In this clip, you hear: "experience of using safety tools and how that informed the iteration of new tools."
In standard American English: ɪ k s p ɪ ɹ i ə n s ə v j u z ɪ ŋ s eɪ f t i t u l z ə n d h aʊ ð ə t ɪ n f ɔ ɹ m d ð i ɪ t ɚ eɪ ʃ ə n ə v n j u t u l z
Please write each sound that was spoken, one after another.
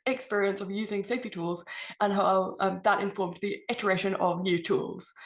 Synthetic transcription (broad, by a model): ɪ k s p ɪ ɹ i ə n s ə v j u z ɪ ŋ s eɪ f t i t u l z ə n h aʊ ð ə t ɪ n f ɔ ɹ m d ð i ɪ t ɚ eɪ ʃ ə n ə v n j u t u l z